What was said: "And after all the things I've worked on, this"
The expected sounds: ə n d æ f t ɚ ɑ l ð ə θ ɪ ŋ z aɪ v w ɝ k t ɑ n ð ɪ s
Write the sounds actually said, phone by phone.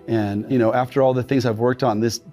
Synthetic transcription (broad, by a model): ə n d æ f t ɚ ɑ l ð ə θ ɪ ŋ z aɪ v w ɝ k t n ð ɪ s